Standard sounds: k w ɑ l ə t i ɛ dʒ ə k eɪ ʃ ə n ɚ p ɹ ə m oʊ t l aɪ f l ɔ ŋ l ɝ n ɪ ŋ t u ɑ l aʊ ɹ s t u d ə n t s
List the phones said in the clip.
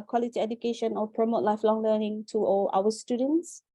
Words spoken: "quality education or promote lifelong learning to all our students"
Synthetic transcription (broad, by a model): k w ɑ l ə t i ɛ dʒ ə k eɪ ʃ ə n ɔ p ɹ ə m oʊ t l aɪ f l ɔ ŋ l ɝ n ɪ ŋ t u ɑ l aʊ w s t u d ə n t s